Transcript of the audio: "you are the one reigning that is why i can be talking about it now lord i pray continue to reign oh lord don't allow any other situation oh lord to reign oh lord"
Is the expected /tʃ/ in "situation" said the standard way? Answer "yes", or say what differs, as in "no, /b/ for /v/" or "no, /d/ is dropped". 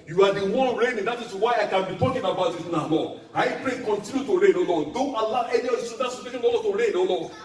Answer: no, /s/ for /tʃ/